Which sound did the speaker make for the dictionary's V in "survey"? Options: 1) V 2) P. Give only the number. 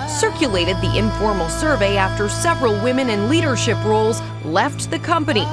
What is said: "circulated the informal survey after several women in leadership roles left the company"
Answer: 1